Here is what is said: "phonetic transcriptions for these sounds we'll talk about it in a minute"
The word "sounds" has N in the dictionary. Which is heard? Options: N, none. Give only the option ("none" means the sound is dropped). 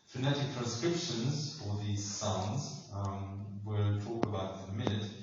N